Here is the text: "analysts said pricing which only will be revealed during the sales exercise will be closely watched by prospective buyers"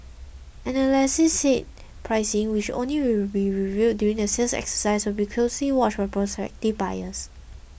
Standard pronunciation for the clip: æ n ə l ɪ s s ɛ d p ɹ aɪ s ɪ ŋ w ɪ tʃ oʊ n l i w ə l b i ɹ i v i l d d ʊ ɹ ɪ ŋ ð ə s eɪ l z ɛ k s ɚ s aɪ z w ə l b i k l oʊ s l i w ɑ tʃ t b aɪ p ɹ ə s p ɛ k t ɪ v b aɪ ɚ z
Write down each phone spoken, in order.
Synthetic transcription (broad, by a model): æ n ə l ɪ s s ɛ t p ɹ aɪ s ɪ ŋ w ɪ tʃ oʊ n l i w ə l b i ɹ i v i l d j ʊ ɹ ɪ ŋ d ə s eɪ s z ɛ k s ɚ s aɪ s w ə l b i k l oʊ s l i w ɑ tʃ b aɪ p ɹ ə s p ɛ k t ɪ v b aɪ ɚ s